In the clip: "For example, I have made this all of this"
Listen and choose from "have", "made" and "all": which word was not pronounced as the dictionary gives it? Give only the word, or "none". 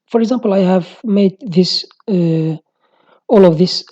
none